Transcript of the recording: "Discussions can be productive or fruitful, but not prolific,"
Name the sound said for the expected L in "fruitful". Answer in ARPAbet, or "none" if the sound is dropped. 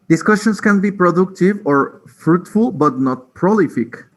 L